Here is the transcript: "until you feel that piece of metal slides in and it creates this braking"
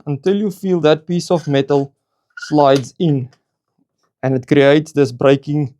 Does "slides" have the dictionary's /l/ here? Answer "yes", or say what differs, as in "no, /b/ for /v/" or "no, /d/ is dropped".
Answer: yes